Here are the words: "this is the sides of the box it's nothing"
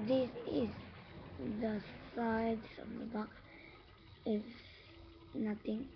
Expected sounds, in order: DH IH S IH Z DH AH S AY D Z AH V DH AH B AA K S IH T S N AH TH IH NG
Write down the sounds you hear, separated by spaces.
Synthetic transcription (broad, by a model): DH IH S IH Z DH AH S AY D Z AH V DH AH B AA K IH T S N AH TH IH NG